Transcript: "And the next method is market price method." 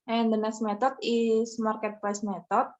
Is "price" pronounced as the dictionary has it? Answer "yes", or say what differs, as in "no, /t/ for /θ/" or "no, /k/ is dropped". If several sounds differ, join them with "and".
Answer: no, /l/ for /ɹ/